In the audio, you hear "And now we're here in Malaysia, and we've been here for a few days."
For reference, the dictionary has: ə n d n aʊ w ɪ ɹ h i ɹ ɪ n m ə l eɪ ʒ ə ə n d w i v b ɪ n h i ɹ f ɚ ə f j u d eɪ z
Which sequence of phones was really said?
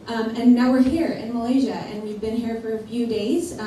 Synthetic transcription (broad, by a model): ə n n aʊ w ɪ ɹ h i ɹ ɪ n m ə l eɪ ʒ ə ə n w i v b ɪ n h i ɹ f ɚ ə f j u d eɪ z